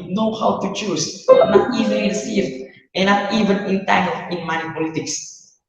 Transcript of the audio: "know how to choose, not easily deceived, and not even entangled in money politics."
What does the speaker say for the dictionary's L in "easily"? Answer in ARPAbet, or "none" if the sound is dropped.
N